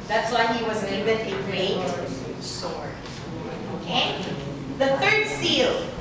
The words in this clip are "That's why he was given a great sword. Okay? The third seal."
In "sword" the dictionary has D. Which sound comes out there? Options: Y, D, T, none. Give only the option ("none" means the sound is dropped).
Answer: none